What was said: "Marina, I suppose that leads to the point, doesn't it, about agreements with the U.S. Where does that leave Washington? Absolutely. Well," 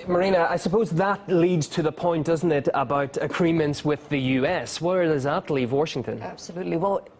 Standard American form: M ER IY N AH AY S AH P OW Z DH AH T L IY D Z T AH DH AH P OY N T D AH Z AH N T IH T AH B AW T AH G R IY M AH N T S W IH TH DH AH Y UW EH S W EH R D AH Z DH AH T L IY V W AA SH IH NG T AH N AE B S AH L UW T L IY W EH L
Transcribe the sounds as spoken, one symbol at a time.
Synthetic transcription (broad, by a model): M ER IY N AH AY S AH P OW Z DH AH T L IY D Z T AH DH AH P OY N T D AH Z N T IH T AH B AW T AH G R IY M AH N T S W IH DH AH Y UW EH S W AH R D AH Z DH AH T L IY V W AA SH IH NG T AH N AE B S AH L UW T L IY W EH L